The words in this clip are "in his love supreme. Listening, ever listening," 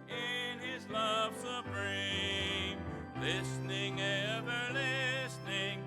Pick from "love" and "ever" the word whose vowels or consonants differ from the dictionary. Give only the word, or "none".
none